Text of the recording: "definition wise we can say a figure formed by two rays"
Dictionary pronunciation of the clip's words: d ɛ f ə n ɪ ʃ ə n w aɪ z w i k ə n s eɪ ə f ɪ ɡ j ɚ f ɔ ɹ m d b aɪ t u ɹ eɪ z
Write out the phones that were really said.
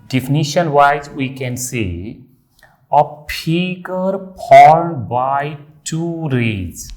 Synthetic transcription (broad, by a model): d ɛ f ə n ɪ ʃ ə n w aɪ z w i k ə n s eɪ ə p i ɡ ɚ p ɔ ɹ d b aɪ t u ɹ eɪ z